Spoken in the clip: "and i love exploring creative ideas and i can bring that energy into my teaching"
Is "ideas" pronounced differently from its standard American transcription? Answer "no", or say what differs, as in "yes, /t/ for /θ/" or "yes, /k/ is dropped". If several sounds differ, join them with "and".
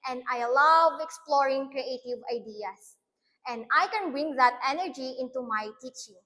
yes, /s/ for /z/